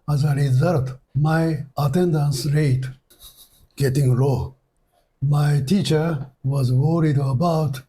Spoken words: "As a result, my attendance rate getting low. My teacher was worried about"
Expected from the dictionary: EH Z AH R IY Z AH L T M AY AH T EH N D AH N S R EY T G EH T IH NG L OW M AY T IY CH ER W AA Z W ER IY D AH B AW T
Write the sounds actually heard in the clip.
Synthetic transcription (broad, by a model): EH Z AH R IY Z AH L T M AY AH T EH N D AH N S R EY T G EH T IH NG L OW M AY T IY CH ER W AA Z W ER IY D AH B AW T